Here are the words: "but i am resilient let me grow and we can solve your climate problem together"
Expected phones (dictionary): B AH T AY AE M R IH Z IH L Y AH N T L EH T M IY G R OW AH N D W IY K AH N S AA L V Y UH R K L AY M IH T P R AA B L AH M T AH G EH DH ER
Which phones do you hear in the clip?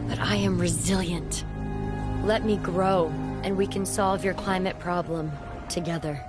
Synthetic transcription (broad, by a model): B AH T AY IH M R IH Z IH L Y AH N T L EH T M IY G R OW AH N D W IY K AH N S AA L V Y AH R K L AY M IH T P R AA B L AH M T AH G EH DH ER